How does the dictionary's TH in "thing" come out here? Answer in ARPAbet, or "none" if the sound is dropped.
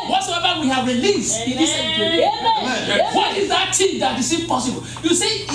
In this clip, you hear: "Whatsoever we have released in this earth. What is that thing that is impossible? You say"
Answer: T